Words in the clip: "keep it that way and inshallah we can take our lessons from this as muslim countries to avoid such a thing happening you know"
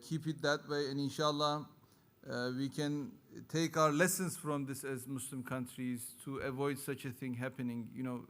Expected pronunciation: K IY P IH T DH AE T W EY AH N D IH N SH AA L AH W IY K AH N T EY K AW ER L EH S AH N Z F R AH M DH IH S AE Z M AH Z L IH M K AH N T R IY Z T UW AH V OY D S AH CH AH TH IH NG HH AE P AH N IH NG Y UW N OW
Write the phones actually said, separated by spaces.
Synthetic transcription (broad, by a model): K IY P IH T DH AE T W EY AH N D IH N SH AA L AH W IY K AH N T EY K AW ER L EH S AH N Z F R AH M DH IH S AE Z M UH S L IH M K AH N T R IY Z T UW AH V OY D S AH CH AH TH IH NG HH AE P AH N IH NG Y UW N OW